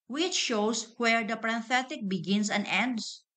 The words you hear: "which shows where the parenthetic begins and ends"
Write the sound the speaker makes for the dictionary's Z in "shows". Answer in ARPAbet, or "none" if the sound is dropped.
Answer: S